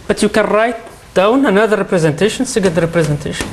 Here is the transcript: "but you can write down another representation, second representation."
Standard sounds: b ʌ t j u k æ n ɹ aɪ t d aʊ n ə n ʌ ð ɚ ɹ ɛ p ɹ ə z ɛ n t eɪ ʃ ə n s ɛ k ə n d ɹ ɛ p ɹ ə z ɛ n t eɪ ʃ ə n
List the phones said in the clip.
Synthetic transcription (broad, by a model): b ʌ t j u k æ n ɹ aɪ t d aʊ n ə n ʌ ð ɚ ɹ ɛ p ɹ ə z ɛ n t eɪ ʃ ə n s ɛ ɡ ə l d ɹ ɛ p ɹ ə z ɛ n t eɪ ʃ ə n